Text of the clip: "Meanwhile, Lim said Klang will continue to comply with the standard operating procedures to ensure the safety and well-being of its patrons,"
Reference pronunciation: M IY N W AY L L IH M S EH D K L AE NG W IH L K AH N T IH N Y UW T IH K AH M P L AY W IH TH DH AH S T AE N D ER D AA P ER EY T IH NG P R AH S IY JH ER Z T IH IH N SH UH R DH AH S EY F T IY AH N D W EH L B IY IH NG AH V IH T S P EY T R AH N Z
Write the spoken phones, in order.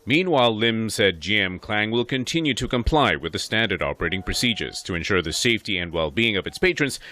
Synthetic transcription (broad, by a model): M IY N W AY L L IH M S EH D K L AE NG W IH L K AH N T IH N Y UW T IH K AH M P L AY W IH DH AH S T AE N D ER D AA P ER EY T IH NG P R AH S IY JH ER Z T IH IH N SH UH R DH AH S EY F T IY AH N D W EH L B IY IH NG AH V IH T S P EY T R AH N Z